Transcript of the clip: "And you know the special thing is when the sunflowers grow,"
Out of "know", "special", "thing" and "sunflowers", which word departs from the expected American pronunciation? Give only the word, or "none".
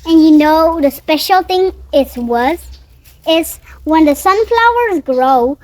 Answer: thing